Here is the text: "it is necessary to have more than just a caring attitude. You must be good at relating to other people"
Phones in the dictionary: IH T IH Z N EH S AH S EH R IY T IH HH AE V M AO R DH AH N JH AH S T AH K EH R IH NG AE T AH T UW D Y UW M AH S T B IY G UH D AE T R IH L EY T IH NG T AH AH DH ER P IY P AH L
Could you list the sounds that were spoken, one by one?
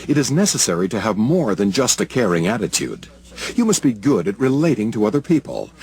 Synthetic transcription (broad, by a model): IH T IH Z N EH S AH S EH R IY T IH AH V M AO R DH AH N JH AH S T AH K EH R IH NG AE T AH T UW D Y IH M AH S T B IY G UH D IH T R IH L EY T IH NG T AH AH DH ER P IY P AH L